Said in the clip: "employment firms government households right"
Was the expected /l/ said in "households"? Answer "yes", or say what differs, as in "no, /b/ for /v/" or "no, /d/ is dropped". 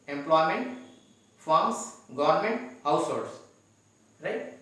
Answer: no, /l/ is dropped